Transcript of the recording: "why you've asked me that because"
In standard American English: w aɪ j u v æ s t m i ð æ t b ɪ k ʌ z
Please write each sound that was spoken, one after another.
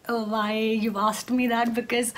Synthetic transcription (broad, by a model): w aɪ j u ɑ s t m i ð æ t b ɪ k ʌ z